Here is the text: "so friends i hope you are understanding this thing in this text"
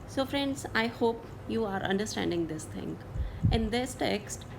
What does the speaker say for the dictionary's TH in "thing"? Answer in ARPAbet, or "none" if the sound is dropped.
T